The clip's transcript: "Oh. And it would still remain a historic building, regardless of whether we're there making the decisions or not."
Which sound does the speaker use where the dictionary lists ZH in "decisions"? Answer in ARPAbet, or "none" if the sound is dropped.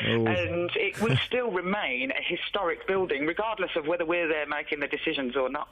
ZH